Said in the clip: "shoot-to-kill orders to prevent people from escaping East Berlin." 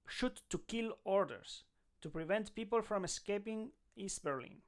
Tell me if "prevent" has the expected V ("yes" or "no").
yes